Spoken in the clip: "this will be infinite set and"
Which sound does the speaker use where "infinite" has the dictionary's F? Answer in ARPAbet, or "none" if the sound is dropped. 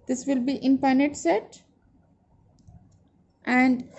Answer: P